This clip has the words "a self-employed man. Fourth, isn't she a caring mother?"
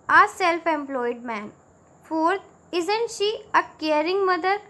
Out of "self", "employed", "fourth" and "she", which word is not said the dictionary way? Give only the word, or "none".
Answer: fourth